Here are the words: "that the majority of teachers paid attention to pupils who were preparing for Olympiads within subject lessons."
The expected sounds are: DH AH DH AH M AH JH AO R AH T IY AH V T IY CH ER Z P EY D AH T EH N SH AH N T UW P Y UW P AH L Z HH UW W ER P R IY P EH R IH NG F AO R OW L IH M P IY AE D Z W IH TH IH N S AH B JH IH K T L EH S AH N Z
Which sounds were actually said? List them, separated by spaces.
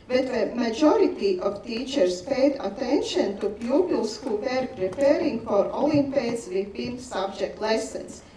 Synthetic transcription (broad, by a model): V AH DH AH M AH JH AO R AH T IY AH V T IY CH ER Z P EY D AH T EH N SH AH N T UW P Y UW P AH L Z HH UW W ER P R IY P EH R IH NG F AO R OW L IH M P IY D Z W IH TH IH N S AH B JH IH K T L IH S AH N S